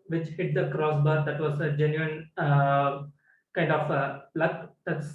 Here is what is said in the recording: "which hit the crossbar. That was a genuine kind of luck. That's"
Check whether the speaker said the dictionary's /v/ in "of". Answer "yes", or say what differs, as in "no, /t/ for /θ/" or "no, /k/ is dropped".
no, /b/ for /v/